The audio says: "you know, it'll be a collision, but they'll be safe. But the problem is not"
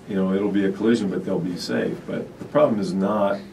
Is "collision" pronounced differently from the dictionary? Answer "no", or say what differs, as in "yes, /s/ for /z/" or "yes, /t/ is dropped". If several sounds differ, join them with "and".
no